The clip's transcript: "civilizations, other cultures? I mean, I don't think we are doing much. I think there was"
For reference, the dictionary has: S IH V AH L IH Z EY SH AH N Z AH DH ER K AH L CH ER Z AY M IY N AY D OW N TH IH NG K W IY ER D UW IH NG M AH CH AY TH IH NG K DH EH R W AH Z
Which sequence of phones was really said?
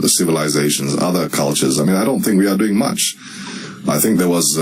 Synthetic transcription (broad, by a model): S IH V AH L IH Z EY SH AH N Z AH DH ER K AH L CH ER Z AY M IY N AY D OW N TH IH NG K W IY ER D UW IH NG M AH CH AY TH IH NG K DH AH R W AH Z